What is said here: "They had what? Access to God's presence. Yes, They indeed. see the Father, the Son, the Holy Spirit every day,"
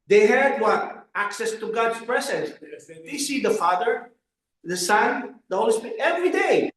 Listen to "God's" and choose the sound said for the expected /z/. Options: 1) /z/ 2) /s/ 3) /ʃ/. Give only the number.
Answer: 2